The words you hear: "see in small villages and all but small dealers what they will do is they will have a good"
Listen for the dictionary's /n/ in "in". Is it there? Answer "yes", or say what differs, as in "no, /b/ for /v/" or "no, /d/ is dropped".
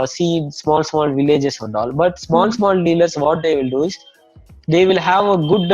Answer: no, /l/ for /n/